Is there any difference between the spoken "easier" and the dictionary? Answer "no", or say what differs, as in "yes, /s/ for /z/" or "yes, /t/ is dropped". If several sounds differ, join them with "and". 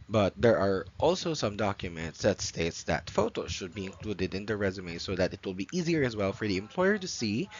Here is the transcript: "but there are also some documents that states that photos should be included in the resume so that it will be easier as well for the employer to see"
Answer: no